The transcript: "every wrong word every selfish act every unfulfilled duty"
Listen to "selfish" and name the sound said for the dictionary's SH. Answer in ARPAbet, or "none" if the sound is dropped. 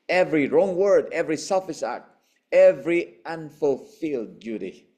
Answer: S